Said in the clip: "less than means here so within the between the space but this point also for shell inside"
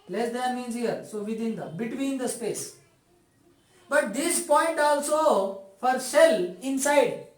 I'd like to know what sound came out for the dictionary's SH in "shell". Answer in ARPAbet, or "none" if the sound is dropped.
S